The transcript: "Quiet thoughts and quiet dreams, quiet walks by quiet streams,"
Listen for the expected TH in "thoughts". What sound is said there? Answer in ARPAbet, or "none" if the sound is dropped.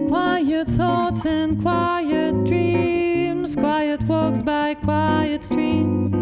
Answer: TH